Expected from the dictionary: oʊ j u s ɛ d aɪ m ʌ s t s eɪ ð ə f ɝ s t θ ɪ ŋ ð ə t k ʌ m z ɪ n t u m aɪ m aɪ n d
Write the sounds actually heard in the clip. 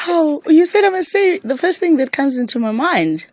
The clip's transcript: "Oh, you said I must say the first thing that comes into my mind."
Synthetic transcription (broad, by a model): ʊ j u s ɛ d aɪ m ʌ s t s eɪ ð ə f ɝ s t θ ɪ ŋ ð ə t k ʌ m z ɪ n t u m aɪ m aɪ n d